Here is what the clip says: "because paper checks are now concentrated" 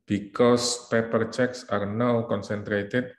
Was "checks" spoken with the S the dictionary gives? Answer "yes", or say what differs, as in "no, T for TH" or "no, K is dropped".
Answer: yes